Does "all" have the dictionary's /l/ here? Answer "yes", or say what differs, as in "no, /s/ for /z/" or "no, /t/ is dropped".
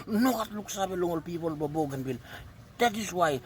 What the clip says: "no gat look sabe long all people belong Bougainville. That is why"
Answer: yes